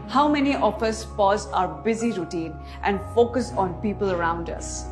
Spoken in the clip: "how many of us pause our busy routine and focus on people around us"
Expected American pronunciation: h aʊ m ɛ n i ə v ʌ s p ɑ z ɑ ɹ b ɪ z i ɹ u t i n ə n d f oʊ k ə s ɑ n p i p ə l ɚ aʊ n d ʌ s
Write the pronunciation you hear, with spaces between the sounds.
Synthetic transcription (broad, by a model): h aʊ m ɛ n i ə f ʌ s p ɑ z ɑ ɹ b ɪ z i ɹ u t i n ə n d f oʊ k ə s ɑ n p i p ə l ɚ aʊ n d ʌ s